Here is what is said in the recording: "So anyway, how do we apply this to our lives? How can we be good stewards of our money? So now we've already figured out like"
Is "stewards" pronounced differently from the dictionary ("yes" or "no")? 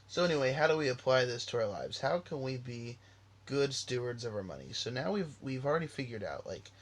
no